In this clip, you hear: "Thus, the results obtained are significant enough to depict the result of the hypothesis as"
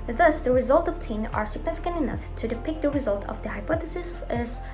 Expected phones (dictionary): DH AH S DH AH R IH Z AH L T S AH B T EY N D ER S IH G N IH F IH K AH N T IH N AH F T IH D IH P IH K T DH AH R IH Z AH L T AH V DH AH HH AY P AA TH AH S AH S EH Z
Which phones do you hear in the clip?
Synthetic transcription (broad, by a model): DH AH S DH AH R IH Z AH L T AH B T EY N ER S IH G N IH F IH K AH N T IH N AH F T IH D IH P IH K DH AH R IH Z AH L T AH V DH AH HH AY P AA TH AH S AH S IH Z